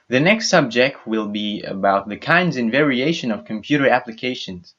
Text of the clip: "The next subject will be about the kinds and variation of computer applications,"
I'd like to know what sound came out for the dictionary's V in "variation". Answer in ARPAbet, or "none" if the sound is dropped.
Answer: V